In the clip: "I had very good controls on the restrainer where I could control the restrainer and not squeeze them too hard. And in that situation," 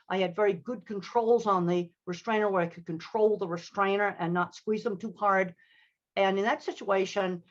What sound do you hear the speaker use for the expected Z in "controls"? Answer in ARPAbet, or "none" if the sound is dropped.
Z